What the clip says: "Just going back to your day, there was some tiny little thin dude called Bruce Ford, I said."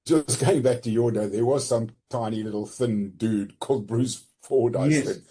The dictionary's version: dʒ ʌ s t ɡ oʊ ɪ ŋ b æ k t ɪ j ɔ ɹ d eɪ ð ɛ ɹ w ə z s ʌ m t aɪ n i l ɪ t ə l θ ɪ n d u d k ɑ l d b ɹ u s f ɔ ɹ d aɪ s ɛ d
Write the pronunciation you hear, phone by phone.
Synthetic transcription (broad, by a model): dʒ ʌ s ɡ oʊ ɪ ŋ b æ k t ɪ j ɔ ɹ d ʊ ð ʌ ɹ w ə z s ʌ m t aɪ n i l ɪ t l θ ɪ n d u d k ɑ l d b ɹ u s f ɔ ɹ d aɪ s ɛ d